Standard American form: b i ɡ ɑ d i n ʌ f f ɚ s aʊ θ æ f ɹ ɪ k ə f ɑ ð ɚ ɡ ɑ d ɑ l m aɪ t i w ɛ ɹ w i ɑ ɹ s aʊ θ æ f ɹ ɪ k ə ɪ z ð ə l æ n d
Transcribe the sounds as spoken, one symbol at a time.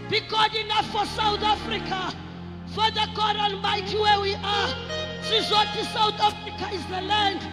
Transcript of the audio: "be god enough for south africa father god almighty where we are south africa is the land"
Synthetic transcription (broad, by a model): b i ɡ ɑ d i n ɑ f f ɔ s aʊ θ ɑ f ɹ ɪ k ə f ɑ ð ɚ ɡ ɑ d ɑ n m aɪ t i w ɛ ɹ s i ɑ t s aʊ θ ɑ f ɹ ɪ k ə ɪ z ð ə l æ n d